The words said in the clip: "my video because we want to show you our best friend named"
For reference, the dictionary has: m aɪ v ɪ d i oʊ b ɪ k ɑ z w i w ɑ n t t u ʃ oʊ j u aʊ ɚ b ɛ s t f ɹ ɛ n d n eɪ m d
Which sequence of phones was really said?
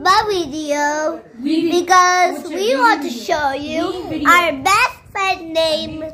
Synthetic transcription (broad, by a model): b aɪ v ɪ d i oʊ b ɪ k ɑ z w i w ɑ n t t u ʃ oʊ j u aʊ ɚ b ɛ s t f ɛ d n eɪ m